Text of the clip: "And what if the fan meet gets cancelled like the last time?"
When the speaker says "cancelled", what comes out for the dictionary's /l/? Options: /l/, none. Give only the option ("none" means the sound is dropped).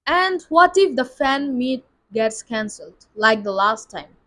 /l/